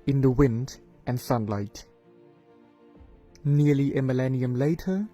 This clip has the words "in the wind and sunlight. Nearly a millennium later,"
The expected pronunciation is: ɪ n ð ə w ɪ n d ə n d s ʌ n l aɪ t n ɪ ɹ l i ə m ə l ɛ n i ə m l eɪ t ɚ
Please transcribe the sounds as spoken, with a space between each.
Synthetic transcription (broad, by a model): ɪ n ð ə w ɪ n d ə n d s ʌ n l aɪ t n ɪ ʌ l i ə m ə l ɛ n i ə m l eɪ t ɚ